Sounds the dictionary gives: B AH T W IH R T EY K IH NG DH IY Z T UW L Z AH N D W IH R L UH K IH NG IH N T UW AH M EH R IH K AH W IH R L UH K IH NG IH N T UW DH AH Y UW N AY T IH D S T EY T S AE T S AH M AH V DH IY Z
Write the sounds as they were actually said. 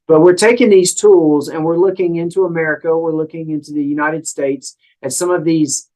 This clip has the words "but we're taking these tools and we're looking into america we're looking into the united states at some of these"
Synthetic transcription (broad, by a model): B AH T W IH R T EY K IH NG DH IY Z T UW L Z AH N W IH R L UH K IH NG IH N T UW AH M EH R IH K AH W IH R L UH K IH NG IH N T UW DH AH Y UW N AY T IH D S T EY T S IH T S AH M AH V DH IY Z